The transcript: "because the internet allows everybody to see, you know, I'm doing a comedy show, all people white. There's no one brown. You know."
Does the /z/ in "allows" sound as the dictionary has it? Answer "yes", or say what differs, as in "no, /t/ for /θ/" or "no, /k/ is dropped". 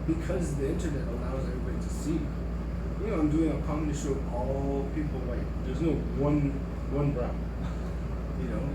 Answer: yes